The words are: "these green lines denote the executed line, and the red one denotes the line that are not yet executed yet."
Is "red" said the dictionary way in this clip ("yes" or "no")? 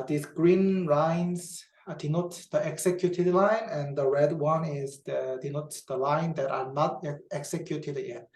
yes